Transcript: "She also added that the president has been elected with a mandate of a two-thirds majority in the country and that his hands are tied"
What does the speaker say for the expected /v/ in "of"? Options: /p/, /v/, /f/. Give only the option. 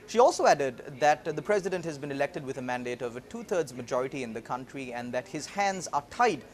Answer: /v/